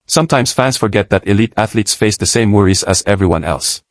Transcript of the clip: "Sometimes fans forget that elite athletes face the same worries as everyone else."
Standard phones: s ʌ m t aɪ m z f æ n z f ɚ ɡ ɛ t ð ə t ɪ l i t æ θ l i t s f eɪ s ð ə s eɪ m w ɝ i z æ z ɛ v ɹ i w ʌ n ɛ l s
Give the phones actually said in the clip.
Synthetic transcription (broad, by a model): s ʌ m t aɪ m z f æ n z f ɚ ɡ ɛ t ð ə t ɪ l i t æ θ l i t s f eɪ s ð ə s eɪ m w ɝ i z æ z ɛ v ɹ i w ʌ n ɛ l s